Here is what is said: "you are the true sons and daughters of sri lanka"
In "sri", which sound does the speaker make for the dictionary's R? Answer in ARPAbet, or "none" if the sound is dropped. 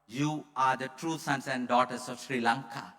R